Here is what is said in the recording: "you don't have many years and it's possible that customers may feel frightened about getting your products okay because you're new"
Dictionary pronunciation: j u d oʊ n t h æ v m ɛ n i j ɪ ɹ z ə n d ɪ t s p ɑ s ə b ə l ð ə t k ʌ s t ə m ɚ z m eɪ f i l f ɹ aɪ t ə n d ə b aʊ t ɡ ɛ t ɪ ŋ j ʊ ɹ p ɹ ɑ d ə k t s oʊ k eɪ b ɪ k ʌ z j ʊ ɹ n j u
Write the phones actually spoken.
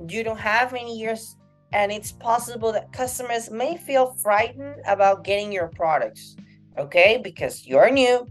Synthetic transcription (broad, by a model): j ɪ d oʊ n t h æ v m ɛ n i j ɪ ɹ z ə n ɪ t s p ɑ s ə b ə l ð ə t k ʌ s t ə m ɚ z m eɪ f i l f ɹ aɪ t n d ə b aʊ t ɡ ɛ t ɪ ŋ j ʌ ɹ p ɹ ɑ d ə k t s oʊ k eɪ b ɪ k ʌ z j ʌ ɹ n j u